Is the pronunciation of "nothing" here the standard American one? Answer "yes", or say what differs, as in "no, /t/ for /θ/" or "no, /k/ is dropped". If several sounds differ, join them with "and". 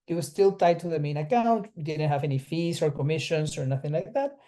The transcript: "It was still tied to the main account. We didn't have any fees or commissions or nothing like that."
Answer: yes